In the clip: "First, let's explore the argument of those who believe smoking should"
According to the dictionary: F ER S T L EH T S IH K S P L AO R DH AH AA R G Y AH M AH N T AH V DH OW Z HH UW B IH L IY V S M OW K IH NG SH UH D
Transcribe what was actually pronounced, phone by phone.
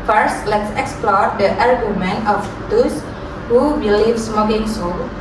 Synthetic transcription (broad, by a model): F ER S T L EH T S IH K S P L AO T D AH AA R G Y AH M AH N AH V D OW S HH UW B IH L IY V S M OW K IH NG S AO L